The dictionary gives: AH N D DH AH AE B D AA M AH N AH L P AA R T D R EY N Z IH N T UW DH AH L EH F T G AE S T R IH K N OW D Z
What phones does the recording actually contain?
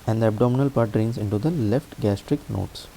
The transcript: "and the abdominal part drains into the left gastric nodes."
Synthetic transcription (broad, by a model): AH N D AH AE B D AA M AH N AH L P AA R T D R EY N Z IH N T UW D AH L EH F T G AE S T R IH K N OW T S